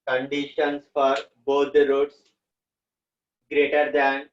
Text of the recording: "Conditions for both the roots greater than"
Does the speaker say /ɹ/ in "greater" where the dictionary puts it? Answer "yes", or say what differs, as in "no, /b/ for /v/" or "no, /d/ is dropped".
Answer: yes